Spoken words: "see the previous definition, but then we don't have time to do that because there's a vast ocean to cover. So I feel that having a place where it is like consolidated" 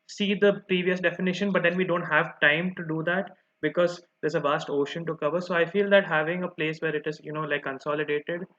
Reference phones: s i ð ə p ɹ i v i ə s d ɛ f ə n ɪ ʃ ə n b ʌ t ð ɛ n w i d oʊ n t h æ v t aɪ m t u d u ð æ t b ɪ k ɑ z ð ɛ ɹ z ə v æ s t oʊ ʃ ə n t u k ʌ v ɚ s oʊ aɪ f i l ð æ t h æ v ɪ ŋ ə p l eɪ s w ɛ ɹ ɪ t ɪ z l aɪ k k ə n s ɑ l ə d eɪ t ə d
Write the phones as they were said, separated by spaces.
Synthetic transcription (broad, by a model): s i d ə p ɹ i v i ə s d ɛ f ə n ɪ ʃ ə n b ʌ t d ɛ n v i d oʊ n t h æ v t aɪ m t u d u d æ t b ɪ k ɑ z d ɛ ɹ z ə v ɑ s t oʊ ʃ ə n t u k ʌ v ɚ s oʊ aɪ f i l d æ t h æ v ɪ ŋ ə p l eɪ s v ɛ ɹ ɪ t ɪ z l aɪ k k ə n s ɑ l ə d eɪ t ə d